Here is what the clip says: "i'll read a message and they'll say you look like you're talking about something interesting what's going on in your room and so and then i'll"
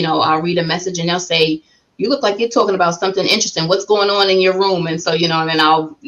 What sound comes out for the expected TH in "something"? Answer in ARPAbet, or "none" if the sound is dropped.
TH